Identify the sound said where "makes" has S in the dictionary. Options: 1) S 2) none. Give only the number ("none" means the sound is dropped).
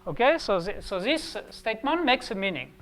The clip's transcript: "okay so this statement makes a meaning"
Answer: 1